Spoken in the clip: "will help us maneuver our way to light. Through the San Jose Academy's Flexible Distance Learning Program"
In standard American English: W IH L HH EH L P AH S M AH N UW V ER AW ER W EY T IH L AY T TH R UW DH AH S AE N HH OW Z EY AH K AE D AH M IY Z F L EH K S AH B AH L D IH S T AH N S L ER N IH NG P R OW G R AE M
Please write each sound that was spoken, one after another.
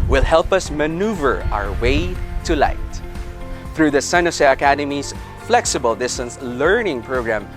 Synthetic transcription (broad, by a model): W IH L HH EH L P AH S M AH N UW V ER AW ER W EY T IH L AY T TH R UW DH AH S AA N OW S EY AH K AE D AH M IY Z F L EH K S AH B AH L D IH S T AH N S L ER N IH NG P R OW G R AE M